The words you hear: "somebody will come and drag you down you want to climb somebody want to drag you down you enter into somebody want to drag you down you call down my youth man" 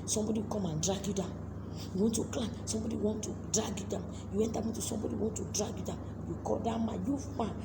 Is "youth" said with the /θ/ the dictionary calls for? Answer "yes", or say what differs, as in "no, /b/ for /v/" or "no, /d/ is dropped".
no, /f/ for /θ/